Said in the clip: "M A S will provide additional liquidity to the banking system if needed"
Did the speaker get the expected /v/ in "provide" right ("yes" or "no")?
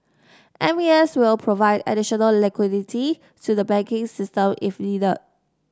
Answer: yes